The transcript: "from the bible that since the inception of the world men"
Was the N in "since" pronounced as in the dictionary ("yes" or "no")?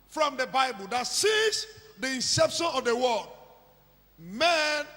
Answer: no